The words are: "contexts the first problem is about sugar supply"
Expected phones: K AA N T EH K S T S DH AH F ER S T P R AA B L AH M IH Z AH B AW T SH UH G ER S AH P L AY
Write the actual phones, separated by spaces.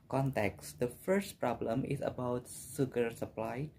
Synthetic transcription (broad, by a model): K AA N T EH K S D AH F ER S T P R AA B L AH M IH S AH B AW T S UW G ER S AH P L AY